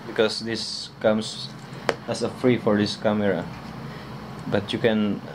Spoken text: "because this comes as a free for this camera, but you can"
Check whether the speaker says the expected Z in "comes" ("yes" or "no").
no